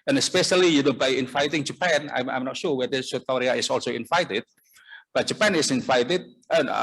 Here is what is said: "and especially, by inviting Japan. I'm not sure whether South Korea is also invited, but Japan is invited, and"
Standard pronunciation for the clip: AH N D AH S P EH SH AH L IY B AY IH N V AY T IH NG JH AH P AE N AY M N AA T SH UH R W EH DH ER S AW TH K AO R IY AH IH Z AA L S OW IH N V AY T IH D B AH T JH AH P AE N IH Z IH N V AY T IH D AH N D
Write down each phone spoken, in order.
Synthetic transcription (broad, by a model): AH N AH S P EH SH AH L IY B AY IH N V AY T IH NG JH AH P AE N AY M N AA T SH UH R W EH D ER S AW T K AO R IY AH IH S AA L S OW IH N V AY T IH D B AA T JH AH P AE N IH S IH N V AY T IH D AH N